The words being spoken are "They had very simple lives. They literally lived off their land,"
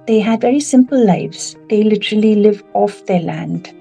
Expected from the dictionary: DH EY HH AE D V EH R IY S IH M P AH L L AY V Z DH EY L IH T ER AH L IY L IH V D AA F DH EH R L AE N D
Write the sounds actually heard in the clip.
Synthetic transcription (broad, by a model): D EY HH AE D V EH R IY S IH M P AH L L AY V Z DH EY L IH T ER AH L IY L IH V AA F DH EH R L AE N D